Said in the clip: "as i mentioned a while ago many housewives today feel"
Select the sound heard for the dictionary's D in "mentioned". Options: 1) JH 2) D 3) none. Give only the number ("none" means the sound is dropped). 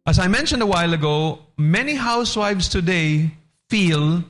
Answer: 2